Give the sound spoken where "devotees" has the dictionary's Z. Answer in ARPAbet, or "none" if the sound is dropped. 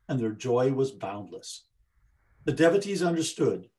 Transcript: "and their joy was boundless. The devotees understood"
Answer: Z